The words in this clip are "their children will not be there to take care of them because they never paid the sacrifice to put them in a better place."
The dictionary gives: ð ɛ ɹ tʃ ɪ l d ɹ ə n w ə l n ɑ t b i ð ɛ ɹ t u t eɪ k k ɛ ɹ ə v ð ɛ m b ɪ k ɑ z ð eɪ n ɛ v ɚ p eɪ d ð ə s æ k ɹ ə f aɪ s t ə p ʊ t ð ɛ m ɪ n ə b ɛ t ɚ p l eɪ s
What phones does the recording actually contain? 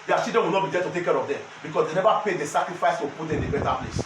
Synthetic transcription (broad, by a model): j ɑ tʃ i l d ə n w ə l n ɑ t b i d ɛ t u t eɪ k k ɛ ɹ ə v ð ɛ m b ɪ k ɑ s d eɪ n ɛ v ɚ p eɪ d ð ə s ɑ k ɹ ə f aɪ s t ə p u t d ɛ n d ə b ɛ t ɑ p l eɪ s